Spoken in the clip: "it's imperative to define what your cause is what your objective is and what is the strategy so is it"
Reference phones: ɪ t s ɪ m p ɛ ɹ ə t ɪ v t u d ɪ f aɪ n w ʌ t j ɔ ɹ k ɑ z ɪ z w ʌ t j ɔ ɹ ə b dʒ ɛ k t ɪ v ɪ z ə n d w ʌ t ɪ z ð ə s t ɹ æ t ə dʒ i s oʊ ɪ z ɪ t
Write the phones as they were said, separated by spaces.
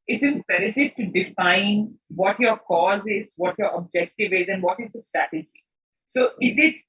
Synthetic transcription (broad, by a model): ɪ t s ɪ m p ɛ ɹ ə t ɪ v t u d ɪ f aɪ n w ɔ t j ɔ ɹ k ɑ z ɪ z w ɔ t j ɔ ɹ ə b dʒ ɛ k t ɪ v ɪ z ə n d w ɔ t ɪ z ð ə s t ɹ æ t ə dʒ i s oʊ ɪ z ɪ t